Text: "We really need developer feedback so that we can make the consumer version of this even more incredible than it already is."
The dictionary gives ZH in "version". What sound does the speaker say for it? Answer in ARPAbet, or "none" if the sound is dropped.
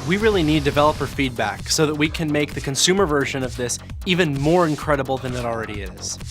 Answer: ZH